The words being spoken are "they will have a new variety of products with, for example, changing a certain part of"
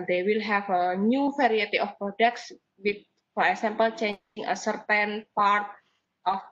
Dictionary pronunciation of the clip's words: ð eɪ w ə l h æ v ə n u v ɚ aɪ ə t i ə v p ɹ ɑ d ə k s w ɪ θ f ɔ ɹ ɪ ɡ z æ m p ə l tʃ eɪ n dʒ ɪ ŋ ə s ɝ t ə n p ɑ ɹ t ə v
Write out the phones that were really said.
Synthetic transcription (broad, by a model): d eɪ w ə l h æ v ə n u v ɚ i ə t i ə f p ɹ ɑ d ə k s w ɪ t f ɔ ɹ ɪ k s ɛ m p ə l tʃ eɪ dʒ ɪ ŋ ə s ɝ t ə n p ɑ ɹ t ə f